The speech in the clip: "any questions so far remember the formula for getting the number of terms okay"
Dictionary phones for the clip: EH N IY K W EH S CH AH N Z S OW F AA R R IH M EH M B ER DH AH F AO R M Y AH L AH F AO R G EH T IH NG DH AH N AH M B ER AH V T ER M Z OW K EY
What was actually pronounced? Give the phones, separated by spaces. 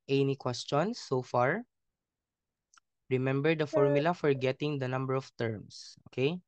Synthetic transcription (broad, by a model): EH N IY K W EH S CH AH N S OW F AA R R IH M EH M B ER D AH F AO R M Y AH L AH F AO R G EH T IH NG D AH N AH M B ER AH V T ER M S OW K EY